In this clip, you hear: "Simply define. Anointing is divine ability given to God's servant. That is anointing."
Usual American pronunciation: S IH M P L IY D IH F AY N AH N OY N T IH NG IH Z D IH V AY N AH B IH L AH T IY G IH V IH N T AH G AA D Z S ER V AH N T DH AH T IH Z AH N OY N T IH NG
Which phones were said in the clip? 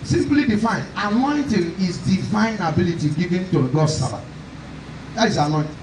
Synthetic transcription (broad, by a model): S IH M P L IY D IH F AY N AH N OY N T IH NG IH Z D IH F AY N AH B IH L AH T IY G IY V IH N T AH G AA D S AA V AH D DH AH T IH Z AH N OY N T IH